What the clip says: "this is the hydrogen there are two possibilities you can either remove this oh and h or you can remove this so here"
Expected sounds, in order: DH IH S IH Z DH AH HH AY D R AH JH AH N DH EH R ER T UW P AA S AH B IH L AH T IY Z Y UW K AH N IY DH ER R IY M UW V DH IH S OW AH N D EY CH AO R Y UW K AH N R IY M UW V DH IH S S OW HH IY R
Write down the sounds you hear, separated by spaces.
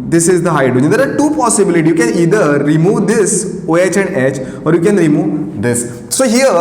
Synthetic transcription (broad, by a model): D IH S IH Z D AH HH AY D AH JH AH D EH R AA T UW P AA S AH B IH L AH T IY Y UW K AH N IY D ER R IY M UW V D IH S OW AH N D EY CH AO R Y UW K AH N R IY M UW V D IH S S OW HH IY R